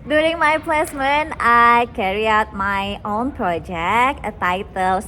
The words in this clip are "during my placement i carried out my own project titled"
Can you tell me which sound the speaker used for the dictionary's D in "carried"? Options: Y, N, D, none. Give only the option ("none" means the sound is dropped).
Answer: none